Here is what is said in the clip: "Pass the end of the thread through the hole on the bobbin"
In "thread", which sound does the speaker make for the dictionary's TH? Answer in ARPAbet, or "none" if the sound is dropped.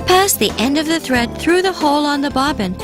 TH